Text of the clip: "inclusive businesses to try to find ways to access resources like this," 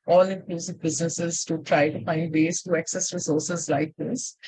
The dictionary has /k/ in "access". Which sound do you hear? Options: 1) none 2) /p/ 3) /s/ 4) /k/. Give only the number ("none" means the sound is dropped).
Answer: 4